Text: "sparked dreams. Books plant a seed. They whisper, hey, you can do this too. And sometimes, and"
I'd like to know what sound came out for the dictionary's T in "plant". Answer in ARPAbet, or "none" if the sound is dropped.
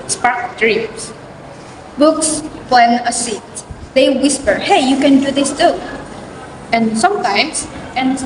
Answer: none